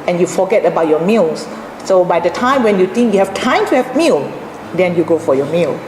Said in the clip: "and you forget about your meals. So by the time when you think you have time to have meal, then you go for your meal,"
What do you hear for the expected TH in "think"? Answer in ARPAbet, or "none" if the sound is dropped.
T